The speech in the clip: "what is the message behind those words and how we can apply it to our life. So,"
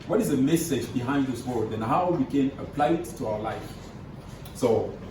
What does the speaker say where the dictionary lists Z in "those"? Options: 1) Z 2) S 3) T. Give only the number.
2